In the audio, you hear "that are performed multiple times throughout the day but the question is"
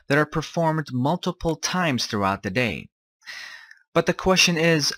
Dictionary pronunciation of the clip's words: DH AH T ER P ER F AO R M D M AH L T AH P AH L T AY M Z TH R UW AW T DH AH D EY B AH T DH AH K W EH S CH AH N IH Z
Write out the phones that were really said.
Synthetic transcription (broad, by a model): DH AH T ER P ER F AO R M D M AH L T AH P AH L T AY M Z TH R UW AW T DH AH D EY B AH T DH AH K W EH S CH AH N IH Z